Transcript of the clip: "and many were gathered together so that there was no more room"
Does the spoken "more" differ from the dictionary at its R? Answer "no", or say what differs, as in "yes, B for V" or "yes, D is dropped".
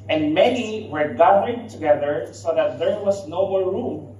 yes, L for R